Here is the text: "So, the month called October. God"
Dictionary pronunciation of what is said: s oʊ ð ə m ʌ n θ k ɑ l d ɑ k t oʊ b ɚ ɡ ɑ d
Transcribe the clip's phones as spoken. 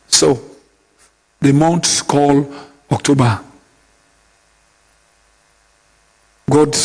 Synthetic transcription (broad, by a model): s oʊ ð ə m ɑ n s k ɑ l ɑ k t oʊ b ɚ ɡ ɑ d